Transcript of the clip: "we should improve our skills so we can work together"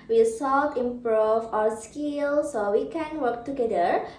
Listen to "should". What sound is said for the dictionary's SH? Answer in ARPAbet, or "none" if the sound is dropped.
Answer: S